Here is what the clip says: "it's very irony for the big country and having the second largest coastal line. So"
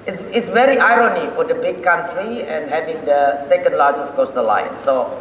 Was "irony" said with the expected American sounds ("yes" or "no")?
yes